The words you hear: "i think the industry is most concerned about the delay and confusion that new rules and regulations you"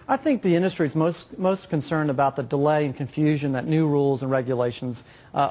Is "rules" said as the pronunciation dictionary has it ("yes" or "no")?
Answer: yes